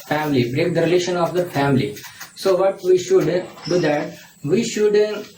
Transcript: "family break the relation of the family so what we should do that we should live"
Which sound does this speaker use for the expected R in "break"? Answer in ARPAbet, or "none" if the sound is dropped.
R